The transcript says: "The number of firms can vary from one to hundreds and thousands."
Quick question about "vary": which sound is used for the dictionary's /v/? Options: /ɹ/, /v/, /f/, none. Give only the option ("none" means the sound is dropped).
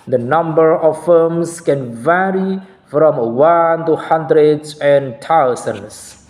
/v/